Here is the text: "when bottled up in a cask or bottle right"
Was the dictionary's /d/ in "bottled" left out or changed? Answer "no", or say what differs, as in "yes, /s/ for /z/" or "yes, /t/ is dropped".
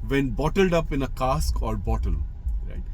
no